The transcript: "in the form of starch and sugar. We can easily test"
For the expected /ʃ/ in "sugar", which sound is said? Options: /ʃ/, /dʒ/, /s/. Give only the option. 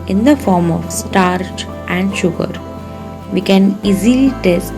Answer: /ʃ/